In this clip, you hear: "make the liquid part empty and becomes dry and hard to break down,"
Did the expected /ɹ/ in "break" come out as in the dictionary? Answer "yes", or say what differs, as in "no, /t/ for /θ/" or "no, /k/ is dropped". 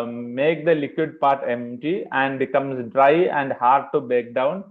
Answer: no, /ɹ/ is dropped